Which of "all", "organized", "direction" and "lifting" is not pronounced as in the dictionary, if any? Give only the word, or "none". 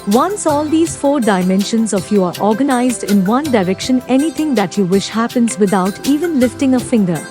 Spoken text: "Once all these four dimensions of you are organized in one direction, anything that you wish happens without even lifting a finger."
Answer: none